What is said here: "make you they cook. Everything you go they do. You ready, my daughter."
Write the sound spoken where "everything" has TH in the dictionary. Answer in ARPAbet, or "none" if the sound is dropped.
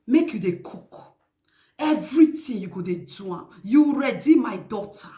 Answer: T